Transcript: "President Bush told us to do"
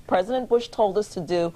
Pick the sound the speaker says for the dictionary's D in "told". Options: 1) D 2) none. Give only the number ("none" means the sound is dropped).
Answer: 1